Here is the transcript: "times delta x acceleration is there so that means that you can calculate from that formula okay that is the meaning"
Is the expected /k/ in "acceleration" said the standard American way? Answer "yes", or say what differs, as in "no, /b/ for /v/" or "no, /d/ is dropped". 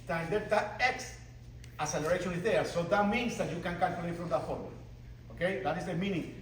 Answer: no, /k/ is dropped